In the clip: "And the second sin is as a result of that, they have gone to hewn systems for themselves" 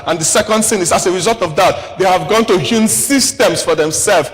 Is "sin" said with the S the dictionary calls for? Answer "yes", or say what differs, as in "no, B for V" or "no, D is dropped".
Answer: no, TH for S